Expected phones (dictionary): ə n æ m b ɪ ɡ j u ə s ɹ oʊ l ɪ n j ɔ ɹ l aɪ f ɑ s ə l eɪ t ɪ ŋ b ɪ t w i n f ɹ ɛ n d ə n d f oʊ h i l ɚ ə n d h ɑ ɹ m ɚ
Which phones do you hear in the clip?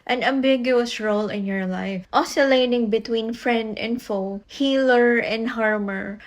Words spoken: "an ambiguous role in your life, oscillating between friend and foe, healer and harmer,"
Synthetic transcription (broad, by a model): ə n æ m b ɪ ɡ j u ə s ɹ oʊ l ɪ n j ɔ ɹ l aɪ f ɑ s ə l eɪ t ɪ ŋ b ɪ t w i n f ɹ ɛ n d ə n d f oʊ h i l ɚ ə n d h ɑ ɹ m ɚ